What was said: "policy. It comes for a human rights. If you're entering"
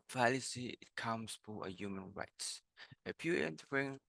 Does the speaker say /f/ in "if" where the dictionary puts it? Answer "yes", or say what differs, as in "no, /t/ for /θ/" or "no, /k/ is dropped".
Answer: no, /p/ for /f/